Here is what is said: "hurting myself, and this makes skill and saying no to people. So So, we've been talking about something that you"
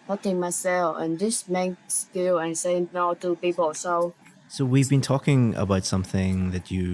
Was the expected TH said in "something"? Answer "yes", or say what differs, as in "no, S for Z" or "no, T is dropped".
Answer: yes